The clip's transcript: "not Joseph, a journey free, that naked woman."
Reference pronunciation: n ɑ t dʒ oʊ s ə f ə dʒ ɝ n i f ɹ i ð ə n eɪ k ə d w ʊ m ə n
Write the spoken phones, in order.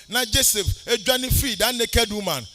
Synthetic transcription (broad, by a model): n ɑ dʒ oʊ s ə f ə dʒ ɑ n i f i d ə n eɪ k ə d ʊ m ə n